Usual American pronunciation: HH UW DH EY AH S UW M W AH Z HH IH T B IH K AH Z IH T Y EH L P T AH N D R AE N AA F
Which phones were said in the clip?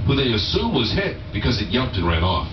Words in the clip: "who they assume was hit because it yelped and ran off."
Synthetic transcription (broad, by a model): HH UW DH EY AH S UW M W AH Z HH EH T B IH K AH Z IH T Y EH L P T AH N R AE N AA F